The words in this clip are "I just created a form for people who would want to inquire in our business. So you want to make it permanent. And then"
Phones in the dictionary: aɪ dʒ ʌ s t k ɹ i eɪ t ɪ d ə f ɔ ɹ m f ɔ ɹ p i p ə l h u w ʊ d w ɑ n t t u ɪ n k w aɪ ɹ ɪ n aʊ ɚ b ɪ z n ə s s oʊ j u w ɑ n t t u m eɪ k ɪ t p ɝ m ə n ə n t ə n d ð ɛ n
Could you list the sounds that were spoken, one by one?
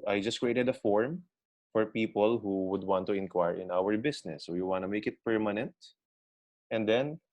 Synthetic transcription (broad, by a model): aɪ dʒ ʌ s t k ɹ i eɪ t ɪ d ə f ɔ ɹ m f ɔ ɹ p i p ə l h u w ʊ d w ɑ n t t u ɪ n k w aɪ ɹ ɪ n aʊ ɚ b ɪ s n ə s s oʊ j u w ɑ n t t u m eɪ k ɪ t p ɝ m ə n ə n t ə n d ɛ n